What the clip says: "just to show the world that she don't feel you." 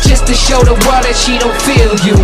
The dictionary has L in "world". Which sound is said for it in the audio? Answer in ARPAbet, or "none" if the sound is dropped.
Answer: none